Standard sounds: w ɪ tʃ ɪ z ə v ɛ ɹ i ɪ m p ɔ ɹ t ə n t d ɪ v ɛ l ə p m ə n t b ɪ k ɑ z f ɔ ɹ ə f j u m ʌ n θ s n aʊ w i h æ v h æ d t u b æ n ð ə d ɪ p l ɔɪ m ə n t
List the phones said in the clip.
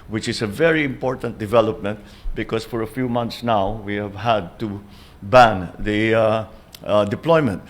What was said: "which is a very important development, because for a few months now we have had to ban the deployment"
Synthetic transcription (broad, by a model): w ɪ tʃ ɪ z ə v ɛ ɹ i ɪ m p ɔ ɹ t ə n t d ɪ v ɛ l ə p m ə n t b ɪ k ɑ s f ɔ ɹ ə f j u m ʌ n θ s n aʊ w i h æ v h æ d t u b æ n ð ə d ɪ p l ɔɪ m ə n t